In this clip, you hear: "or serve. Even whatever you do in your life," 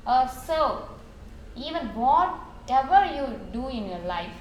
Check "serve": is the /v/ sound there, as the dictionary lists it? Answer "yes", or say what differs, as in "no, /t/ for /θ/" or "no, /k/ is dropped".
no, /v/ is dropped